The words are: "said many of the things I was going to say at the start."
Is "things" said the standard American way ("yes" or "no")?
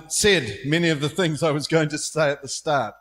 yes